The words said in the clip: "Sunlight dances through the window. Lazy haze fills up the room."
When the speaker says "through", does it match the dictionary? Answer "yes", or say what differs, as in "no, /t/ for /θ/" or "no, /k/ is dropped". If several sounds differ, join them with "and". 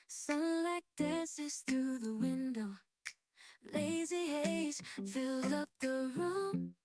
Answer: yes